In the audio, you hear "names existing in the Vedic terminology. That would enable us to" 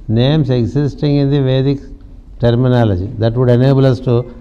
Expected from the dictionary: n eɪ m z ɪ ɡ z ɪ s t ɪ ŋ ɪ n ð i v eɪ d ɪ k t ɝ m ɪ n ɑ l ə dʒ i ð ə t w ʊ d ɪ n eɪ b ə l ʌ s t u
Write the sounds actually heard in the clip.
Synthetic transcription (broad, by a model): n eɪ m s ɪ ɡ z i s t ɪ ŋ ɪ n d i v eɪ d ɪ k t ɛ m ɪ n ɑ l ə dʒ i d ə t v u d ɪ n eɪ b ə l ʌ s t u